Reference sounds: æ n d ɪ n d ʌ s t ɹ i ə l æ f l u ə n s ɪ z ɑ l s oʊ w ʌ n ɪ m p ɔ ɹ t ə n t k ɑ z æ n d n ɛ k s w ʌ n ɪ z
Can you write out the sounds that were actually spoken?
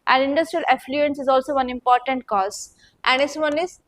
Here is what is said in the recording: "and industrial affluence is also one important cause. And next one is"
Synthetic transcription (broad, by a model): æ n d ɪ n d ʌ s t ɹ i ə l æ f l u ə n s ɪ z ɑ l s oʊ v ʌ n ɪ m p ɔ ɹ t ə n t k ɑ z æ n d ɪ s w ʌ n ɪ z